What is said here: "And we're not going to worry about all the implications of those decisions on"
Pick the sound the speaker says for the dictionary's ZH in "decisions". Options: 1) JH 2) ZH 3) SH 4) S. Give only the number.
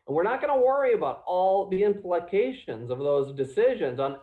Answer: 2